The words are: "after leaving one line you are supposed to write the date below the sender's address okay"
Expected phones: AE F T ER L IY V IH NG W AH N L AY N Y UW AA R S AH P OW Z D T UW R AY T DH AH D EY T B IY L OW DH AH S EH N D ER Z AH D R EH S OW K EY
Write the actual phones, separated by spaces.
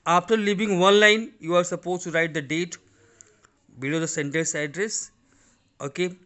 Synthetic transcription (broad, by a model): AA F T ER L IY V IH NG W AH N L AY N Y UW AA R S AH P OW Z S T UW R AY T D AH D EY T B IY L OW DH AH S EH N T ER S AH D R EH S OW K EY